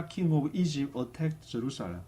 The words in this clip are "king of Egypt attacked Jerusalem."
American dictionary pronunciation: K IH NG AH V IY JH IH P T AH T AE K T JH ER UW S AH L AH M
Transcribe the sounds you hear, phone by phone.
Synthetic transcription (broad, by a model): K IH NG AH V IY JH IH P AH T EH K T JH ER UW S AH L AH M